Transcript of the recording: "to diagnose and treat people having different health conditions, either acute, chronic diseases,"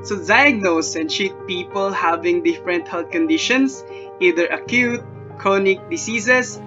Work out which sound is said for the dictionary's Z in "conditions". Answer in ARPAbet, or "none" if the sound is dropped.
S